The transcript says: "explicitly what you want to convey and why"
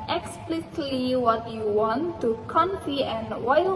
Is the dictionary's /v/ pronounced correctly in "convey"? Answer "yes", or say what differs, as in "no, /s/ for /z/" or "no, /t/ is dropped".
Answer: no, /f/ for /v/